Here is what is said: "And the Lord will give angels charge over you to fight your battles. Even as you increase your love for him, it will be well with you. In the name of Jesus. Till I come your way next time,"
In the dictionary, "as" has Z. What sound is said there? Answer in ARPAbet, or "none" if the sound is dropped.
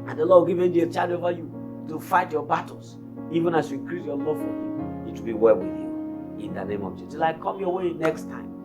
S